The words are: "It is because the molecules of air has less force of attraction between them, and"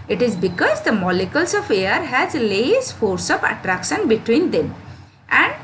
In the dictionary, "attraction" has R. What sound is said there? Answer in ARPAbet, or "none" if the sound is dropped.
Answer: R